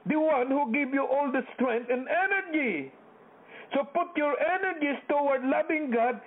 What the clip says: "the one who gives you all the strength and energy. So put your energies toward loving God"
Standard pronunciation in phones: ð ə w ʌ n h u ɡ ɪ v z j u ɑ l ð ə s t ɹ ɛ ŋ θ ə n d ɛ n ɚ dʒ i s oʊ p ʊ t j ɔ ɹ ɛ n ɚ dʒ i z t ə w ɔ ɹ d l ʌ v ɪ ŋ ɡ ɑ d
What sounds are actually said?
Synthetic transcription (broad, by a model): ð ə w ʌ n h u ɡ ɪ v j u ɑ l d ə s t ɹ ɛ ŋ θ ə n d ɛ n ɚ dʒ i s oʊ p ʊ t j ɔ ɹ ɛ n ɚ dʒ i s t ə w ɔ ɹ d l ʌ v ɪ ŋ ɡ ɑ d